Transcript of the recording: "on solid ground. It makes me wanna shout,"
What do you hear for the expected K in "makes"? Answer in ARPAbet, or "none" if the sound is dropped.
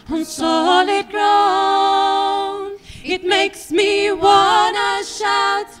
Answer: K